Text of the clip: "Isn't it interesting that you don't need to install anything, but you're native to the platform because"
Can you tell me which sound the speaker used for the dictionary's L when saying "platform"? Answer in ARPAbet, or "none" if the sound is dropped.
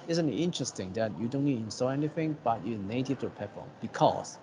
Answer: none